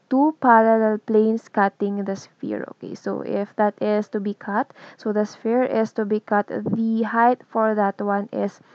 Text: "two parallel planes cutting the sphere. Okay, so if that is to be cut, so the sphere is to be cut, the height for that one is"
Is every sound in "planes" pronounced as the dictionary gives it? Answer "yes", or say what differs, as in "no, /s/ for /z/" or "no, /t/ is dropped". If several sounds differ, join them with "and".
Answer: no, /s/ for /z/